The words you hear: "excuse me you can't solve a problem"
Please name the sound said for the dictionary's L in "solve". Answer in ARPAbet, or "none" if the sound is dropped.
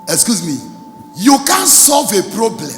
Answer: L